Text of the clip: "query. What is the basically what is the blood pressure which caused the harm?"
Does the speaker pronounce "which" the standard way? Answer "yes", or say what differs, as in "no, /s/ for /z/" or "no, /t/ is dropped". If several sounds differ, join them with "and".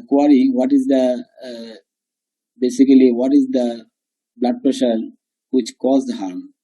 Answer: yes